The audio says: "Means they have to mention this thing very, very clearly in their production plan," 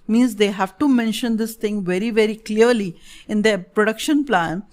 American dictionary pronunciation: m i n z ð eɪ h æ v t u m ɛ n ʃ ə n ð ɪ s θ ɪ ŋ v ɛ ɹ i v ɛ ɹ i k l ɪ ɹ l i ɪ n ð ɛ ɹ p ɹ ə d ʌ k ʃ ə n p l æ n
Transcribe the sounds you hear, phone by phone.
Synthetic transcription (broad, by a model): m i n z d eɪ h æ v t u m ɛ n ʃ ə n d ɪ s t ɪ ŋ v ɛ ɹ i v ɛ ɹ i k l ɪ ɹ l i ɪ n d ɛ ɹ p ɹ ə d ʌ k ʃ ə n p l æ n